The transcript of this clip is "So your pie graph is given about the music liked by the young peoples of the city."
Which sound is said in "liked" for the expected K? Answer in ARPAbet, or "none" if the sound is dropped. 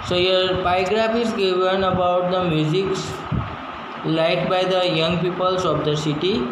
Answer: none